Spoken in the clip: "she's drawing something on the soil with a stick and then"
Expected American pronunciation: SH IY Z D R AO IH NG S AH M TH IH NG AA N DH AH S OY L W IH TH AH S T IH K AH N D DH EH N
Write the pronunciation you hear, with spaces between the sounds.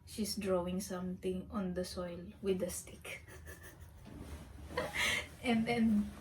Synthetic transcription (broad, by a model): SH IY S D R AO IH NG S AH M T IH NG AA N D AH S OY L W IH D AH S T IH K AH N D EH N